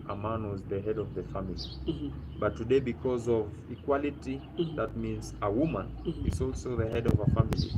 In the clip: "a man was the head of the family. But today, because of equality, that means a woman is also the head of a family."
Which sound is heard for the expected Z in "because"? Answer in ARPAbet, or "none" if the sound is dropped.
Z